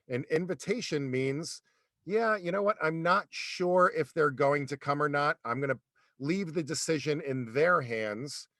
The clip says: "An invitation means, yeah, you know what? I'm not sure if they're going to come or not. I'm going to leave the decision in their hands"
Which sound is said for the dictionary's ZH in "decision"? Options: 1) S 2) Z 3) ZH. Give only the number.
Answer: 3